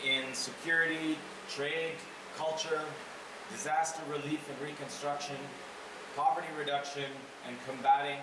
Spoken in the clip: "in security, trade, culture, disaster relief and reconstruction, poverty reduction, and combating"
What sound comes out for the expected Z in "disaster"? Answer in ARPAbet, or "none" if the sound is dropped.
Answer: Z